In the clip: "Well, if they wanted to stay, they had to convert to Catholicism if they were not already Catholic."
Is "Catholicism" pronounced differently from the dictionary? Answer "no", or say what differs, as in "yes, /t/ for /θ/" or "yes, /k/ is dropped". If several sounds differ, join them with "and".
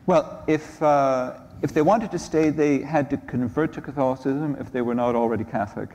no